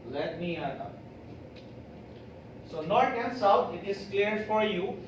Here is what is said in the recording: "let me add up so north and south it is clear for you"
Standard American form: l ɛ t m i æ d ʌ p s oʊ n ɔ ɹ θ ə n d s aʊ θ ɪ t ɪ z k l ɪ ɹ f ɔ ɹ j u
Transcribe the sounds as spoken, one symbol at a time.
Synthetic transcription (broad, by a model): l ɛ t m i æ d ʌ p s oʊ n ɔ ɹ t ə n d s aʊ t ɪ t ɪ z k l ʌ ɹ f ɔ ɹ j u